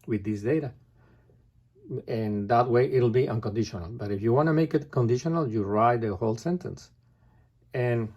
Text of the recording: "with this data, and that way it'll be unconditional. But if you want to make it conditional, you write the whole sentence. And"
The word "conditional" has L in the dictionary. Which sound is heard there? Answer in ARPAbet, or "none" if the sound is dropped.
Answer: L